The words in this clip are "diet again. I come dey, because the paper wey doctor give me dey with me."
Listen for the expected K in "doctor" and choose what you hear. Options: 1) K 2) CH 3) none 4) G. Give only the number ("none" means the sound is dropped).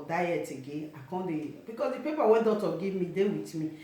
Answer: 3